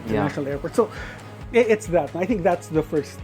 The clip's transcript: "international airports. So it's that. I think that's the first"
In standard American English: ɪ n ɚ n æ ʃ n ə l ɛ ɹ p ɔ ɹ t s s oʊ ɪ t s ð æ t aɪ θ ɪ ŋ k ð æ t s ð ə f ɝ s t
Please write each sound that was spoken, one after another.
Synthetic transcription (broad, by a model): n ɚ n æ ʃ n l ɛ ɹ p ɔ ɹ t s s oʊ ɪ t s ð æ t aɪ θ ɪ ŋ k ð æ t s ð ə f ɝ s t